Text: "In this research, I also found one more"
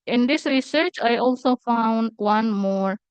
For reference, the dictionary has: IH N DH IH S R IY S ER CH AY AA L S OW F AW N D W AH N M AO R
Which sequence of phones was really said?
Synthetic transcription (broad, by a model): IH N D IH S R IY S ER CH AY AA L S OW F AW N D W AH N M AO R